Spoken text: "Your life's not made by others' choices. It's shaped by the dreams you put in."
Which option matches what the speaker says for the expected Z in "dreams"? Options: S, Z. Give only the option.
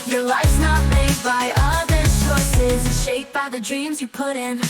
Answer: Z